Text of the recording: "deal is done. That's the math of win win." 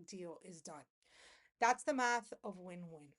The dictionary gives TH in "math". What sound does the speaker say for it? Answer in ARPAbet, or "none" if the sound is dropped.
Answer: TH